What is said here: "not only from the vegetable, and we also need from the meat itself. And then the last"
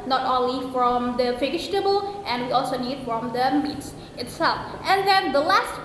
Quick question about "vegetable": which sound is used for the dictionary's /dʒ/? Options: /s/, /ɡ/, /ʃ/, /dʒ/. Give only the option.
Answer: /ʃ/